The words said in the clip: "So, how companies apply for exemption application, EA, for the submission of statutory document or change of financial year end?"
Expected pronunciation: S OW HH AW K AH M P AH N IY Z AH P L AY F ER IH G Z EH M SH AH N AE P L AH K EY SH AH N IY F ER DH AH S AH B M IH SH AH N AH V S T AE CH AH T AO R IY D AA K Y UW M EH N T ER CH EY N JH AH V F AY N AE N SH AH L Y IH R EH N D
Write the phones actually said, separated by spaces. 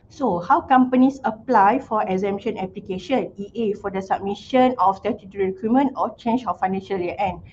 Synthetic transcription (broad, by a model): S OW HH AW K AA M P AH N IY S AH P L AY F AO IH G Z EH M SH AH N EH P L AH K EY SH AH N IY F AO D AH S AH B M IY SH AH N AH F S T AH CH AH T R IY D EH K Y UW M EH N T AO CH EY N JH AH F AY N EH N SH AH L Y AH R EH N